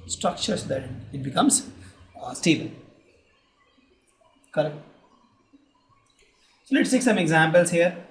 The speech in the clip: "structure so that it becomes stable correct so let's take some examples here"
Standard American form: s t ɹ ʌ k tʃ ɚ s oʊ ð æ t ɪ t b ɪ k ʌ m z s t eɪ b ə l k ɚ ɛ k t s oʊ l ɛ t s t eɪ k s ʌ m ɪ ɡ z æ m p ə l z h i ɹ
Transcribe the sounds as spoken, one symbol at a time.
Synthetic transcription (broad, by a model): s t ɹ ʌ k tʃ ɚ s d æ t ɪ t b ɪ k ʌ m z s t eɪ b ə n k ɚ ɛ k t s oʊ l ɛ t s t eɪ k s ʌ m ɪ ɡ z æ m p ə l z h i ɹ